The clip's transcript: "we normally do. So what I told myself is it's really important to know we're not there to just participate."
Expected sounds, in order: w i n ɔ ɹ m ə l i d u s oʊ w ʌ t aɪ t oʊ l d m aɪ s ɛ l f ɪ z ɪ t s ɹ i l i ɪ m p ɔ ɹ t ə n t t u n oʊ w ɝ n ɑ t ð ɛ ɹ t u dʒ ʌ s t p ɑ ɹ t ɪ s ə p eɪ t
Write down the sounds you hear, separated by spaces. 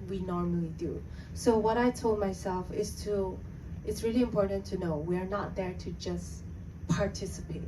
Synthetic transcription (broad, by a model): w i n ɔ ɹ m ə l i d u s oʊ w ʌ t aɪ t oʊ l d m aɪ s ɛ l f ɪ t ɪ t s ɹ i l i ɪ m p ɔ ɹ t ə n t t u n oʊ w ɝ n ɑ t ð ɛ ɹ t u dʒ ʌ s p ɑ ɹ t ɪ s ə p eɪ t